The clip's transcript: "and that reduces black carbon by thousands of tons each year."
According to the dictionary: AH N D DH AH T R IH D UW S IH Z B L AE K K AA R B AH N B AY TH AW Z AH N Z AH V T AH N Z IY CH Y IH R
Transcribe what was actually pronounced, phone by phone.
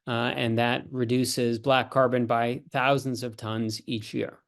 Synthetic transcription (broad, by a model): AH N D DH AH T R IH D UW S IH Z B L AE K K AA R B AH N B AY TH AW Z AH N Z AH V T AH N Z IY CH Y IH R